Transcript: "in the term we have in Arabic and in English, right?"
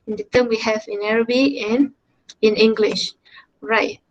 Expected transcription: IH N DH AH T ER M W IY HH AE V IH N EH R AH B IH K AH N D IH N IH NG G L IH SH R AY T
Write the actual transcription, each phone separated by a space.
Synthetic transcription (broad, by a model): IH N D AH T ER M W IY HH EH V IH N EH R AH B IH AH N IH N IH NG G L IH SH R AY T